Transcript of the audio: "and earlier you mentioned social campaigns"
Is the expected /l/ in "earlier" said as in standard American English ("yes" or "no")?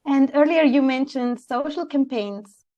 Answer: yes